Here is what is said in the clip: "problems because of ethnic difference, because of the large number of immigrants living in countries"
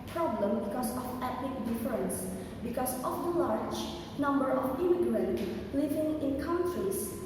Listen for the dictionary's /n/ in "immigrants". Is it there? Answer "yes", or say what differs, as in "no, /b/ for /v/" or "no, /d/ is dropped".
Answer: no, /l/ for /n/